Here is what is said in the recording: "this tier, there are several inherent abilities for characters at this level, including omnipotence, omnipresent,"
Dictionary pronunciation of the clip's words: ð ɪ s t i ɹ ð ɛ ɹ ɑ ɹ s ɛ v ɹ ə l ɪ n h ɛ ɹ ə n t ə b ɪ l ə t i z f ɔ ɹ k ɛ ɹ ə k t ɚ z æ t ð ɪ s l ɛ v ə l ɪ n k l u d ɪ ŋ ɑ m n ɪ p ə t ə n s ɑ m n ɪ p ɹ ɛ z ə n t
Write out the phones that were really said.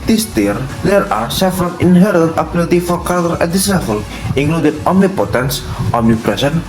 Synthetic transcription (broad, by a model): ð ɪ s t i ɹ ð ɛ ɹ ɑ ɹ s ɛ f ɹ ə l ɪ n h ɛ ɹ ə n t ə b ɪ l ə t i f ɔ ɹ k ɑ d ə t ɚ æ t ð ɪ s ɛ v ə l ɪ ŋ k l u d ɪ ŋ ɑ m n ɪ p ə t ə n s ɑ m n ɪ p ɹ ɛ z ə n